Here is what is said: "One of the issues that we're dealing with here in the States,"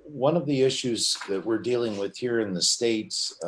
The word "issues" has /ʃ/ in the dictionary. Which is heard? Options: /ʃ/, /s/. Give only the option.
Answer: /ʃ/